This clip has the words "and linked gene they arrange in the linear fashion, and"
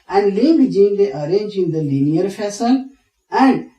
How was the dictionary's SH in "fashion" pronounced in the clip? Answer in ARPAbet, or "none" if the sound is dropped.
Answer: S